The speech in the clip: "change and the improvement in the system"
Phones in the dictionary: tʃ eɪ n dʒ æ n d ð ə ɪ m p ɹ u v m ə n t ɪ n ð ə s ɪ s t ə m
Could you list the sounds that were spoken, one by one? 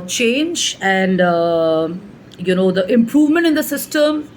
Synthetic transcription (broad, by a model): tʃ eɪ n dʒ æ n d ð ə ɪ m p ɹ u v m ə n t ɪ n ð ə s ɪ s t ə m